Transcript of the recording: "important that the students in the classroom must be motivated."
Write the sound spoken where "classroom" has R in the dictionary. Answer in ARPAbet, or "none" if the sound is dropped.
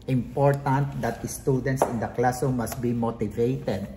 none